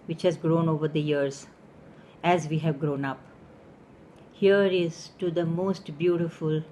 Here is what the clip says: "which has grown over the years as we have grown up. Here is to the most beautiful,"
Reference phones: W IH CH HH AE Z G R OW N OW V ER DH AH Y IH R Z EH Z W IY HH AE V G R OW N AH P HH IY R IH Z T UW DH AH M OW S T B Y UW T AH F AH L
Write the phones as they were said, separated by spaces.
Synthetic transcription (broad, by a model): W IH CH HH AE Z G R OW N OW V ER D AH Y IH R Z EH Z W IY HH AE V G R OW N AH P HH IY R IH Z T UW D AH M OW S T B Y UW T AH F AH L